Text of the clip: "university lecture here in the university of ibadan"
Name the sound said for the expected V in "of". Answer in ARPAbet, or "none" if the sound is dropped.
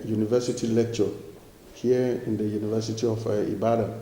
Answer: F